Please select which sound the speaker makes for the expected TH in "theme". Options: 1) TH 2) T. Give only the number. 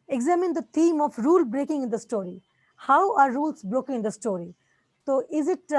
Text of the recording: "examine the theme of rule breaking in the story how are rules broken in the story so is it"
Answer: 2